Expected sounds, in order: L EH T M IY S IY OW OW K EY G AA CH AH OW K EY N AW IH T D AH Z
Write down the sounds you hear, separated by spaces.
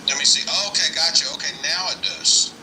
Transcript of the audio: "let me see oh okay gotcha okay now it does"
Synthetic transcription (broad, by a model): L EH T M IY S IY OW OW K EY G AA CH AH OW K EY N AW IH T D AH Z